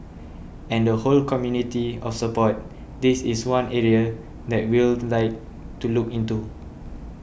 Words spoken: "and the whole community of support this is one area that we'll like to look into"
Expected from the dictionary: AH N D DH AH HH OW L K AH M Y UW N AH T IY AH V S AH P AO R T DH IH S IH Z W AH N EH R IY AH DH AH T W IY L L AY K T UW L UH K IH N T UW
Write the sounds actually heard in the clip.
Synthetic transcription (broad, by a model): AH N D AH HH OW L K AH M Y UW N AH T IY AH F S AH P AO T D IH S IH S W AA N EH R IY AH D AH T W IY L L AY K T UW L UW K IH N T UW